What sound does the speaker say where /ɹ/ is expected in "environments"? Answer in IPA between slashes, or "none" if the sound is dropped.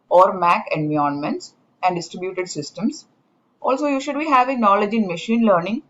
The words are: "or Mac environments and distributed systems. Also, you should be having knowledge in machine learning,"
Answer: none